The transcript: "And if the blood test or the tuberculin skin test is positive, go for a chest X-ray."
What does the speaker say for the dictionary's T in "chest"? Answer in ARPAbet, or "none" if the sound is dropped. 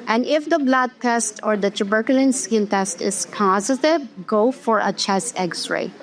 none